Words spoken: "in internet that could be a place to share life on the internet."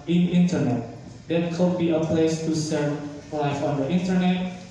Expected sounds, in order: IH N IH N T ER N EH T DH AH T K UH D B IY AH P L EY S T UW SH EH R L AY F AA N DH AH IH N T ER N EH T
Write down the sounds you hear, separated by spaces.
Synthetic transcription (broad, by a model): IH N IH N T ER N EH T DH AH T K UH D B IY AH P L EY S T UW S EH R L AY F AA N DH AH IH N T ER N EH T